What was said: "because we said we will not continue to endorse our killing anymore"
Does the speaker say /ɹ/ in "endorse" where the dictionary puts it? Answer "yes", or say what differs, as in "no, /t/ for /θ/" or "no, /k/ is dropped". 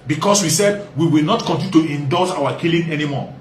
no, /l/ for /ɹ/